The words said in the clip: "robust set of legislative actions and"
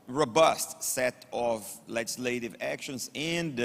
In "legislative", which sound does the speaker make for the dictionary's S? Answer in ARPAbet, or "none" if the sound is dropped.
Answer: S